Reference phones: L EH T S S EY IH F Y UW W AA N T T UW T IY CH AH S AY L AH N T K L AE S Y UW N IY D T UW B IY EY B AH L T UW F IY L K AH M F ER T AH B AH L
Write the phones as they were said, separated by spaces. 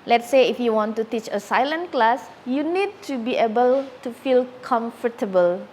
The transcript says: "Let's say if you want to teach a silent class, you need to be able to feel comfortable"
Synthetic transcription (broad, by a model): L EH T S S EY IH F Y UW W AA N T T UW T IY CH AH S AY L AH N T K L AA S Y UW N IY D T UW B IY EY B AH L T UW F IY L K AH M F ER T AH B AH L